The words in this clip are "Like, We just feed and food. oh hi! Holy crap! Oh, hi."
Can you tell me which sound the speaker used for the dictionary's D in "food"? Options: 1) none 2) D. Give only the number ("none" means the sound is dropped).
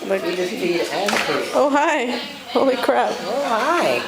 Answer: 1